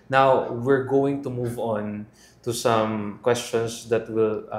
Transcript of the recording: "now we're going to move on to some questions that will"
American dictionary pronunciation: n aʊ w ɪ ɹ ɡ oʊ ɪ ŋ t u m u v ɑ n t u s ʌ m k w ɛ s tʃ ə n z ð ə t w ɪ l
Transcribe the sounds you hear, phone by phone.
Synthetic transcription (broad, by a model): n aʊ w ɪ ɹ ɡ oʊ ɪ ŋ t u m u v ɑ n t u s ʌ m k w ɛ s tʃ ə n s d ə t w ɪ l